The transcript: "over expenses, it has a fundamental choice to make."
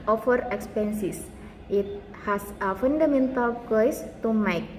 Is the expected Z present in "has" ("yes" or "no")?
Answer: no